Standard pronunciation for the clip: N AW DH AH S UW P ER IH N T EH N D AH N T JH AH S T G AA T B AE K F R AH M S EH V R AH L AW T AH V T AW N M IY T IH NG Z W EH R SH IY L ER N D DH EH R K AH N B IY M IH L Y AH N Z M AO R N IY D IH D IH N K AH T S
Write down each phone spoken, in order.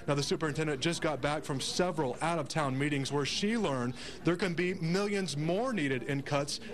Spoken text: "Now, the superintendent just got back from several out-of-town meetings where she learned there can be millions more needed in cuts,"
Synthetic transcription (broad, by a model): N AW DH AH S UW P ER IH N T EH N D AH N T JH AH S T G AA T B AE K F R AH M S EH V R AH L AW T AH V T AW N M IY T IH NG Z W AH R SH IY L ER N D DH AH R K AH N B IY M IH L Y AH N Z M AO R N IY D IH D IH N K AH T S